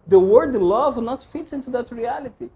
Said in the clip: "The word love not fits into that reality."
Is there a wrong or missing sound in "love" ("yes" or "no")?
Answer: no